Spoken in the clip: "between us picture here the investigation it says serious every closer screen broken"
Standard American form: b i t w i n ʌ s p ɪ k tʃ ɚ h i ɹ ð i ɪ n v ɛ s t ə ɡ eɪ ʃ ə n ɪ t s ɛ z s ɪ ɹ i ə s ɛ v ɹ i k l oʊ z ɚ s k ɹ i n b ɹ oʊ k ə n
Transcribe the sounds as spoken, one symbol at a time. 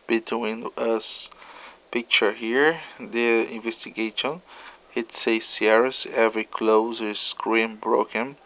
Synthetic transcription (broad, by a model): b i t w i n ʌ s p ɪ k tʃ ɚ h i ɹ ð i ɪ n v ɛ s t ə ɡ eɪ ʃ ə n ɪ t s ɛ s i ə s ɛ v ɹ i k l oʊ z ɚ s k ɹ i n b ɹ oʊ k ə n